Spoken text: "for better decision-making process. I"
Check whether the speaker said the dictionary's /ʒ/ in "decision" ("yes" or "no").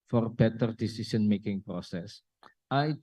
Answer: no